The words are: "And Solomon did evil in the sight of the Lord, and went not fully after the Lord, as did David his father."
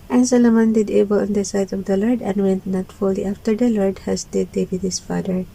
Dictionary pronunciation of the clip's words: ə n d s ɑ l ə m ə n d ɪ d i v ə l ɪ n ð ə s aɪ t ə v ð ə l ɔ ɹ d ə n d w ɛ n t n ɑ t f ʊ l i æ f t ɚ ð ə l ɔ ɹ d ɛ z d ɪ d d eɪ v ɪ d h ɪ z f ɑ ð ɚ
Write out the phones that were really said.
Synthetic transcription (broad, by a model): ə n s ɑ l ə m ə n d ɪ d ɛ b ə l ɪ n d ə s aɪ t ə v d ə l ɔ ɹ d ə n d w ɛ n t n ɑ t f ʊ l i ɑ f t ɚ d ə l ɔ ɹ d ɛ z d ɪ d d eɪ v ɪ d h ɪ s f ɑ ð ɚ